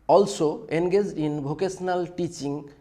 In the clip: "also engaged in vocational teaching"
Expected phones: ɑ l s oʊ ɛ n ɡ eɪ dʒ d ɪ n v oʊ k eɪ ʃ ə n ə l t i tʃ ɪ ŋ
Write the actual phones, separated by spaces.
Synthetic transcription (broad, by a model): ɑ l s oʊ ɛ n ɡ eɪ dʒ d ɪ n b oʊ k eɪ s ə n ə l t i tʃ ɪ ŋ